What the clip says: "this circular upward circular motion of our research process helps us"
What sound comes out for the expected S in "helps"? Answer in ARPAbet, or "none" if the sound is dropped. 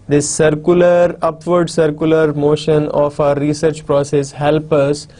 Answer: none